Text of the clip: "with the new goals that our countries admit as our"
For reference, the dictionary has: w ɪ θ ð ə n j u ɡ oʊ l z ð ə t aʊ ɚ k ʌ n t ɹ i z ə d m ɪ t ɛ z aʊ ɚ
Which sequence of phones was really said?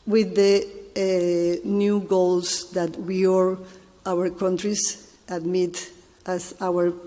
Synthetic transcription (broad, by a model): w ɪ ð ə n j u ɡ oʊ l s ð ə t aʊ ɚ k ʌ n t ɹ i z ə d m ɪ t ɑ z aʊ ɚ